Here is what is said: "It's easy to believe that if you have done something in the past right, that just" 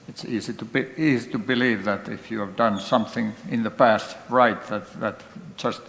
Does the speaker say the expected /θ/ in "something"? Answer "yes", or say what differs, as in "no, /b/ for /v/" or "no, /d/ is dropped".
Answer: yes